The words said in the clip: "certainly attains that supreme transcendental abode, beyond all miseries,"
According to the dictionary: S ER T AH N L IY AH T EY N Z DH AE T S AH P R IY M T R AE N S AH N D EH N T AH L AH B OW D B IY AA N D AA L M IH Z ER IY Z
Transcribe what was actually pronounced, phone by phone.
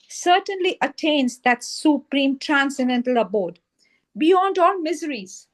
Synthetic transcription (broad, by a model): S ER T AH N L IY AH T EY N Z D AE T S AH P R IY M T R AE N S AH N D EH N T AH L AH B OW D B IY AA N D AA L M IH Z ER IY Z